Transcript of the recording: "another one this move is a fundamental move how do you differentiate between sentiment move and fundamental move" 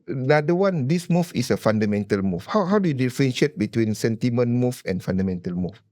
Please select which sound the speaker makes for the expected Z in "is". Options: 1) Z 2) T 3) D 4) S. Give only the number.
4